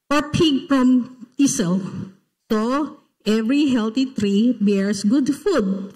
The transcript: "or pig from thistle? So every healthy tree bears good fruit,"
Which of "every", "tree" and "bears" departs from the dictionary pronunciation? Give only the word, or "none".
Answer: bears